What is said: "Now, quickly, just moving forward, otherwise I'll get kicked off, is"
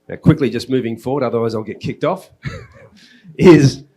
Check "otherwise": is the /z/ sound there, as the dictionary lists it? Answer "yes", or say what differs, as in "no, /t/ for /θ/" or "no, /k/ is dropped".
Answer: yes